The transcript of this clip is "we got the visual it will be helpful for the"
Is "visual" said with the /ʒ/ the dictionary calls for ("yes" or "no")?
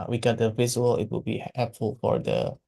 no